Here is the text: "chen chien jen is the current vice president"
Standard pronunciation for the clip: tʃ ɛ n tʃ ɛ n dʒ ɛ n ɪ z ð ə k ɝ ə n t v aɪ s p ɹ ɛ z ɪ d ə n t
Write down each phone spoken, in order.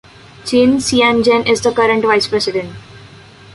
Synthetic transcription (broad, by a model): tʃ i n s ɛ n dʒ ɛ n ɪ z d ə k ɝ ə n t v aɪ s p ɹ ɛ s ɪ d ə n t